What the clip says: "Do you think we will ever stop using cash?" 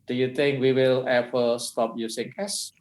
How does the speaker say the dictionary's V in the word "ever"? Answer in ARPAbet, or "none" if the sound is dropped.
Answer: P